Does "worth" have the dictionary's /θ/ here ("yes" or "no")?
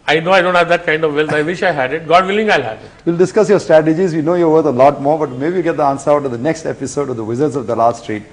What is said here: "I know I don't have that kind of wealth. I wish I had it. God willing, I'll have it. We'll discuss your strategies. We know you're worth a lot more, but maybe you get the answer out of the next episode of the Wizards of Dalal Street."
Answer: no